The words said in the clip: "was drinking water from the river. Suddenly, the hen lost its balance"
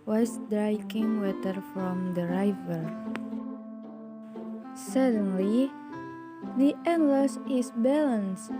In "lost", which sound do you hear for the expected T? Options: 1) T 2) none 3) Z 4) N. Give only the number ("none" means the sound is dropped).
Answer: 2